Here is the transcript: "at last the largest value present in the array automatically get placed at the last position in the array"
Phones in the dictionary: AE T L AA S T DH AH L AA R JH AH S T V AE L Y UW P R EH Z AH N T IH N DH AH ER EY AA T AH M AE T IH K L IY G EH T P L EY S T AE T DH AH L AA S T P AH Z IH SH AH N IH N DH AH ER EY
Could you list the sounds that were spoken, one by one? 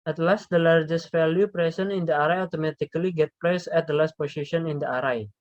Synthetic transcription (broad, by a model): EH T L AA S T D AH L AA R JH AH S T F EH L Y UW P R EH S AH N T IH N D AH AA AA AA T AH M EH T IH K L IY G EH T P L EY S EH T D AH L AA S T P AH S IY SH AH N IH N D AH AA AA